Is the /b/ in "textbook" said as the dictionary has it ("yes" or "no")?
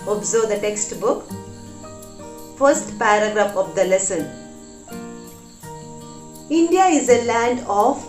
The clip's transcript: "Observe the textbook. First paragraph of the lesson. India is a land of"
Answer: yes